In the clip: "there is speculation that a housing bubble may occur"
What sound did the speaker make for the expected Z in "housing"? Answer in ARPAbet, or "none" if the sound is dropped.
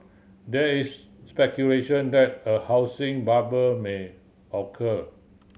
S